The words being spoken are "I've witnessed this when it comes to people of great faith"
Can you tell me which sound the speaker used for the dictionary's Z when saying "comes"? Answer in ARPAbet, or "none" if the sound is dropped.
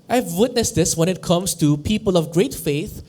S